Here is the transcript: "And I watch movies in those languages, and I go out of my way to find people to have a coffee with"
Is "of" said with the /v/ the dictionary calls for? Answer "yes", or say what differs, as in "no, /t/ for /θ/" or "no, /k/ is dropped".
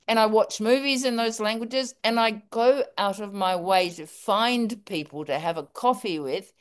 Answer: yes